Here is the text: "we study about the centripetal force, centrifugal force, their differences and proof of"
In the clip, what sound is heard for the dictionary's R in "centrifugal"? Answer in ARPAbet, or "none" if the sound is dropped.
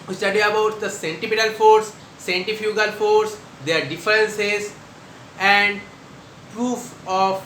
none